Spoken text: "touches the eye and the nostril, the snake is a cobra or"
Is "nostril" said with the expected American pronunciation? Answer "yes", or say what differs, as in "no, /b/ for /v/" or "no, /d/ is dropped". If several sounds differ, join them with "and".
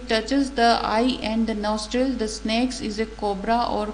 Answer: yes